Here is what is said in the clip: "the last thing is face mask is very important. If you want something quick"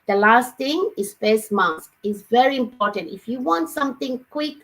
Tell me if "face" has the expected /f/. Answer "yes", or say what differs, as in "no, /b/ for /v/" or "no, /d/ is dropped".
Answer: no, /p/ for /f/